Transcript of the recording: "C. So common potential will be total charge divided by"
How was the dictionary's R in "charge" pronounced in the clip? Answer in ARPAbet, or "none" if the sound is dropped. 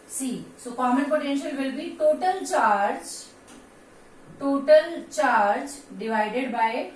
R